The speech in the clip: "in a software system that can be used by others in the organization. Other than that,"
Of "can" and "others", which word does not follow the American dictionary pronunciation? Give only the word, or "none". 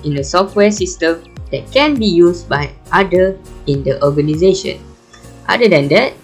others